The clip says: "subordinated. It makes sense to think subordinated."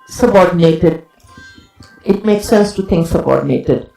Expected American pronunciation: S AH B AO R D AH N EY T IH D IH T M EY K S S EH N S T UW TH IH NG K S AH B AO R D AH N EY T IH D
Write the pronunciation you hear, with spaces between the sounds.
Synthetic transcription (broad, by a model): S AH B AO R D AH N EY T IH D IH T M EY K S S EH N S T UW T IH NG K S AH B AO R D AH N EY T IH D